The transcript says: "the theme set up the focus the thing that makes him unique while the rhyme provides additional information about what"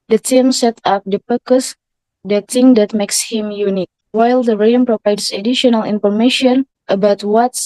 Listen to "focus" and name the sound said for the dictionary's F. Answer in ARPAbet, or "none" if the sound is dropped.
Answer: P